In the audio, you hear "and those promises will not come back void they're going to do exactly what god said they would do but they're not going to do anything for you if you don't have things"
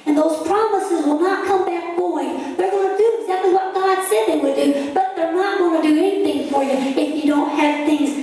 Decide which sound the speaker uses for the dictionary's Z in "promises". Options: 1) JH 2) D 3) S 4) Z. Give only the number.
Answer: 4